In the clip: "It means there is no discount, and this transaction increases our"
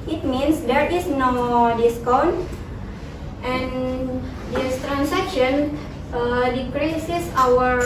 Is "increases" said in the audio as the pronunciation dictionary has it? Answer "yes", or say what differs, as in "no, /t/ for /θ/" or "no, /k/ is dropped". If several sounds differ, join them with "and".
no, /n/ is dropped and /s/ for /z/